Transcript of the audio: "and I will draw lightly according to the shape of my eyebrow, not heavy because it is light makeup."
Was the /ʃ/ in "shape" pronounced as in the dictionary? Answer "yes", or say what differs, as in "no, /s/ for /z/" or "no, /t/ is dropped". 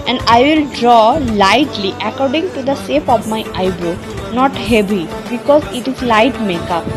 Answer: no, /s/ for /ʃ/